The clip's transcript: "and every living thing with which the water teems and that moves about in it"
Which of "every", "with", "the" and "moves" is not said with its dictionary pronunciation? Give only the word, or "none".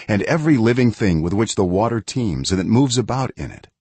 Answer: none